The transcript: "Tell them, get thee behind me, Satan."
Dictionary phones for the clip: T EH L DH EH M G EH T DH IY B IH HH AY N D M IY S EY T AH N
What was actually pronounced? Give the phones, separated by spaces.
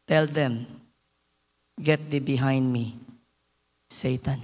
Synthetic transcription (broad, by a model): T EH L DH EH M G EH T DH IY B IH HH AY N D M IY S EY T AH N